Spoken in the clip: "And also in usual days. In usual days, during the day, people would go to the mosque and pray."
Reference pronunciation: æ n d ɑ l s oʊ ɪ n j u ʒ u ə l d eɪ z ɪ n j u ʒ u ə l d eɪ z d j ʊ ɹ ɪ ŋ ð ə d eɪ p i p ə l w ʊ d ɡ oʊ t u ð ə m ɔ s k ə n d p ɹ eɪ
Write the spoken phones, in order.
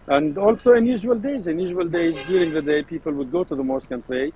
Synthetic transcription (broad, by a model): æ n d ɑ l s oʊ ɪ n j u ʒ u ə l d eɪ z ɪ n j u ʒ u ə l d eɪ z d j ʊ ɹ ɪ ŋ ð ə d eɪ p i p ə l w ʊ d ɡ oʊ t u ð ə m ɔ s k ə n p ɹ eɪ